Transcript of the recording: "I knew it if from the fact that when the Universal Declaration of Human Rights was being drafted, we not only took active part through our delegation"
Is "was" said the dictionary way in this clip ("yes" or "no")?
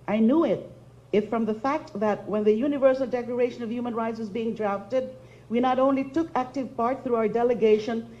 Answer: yes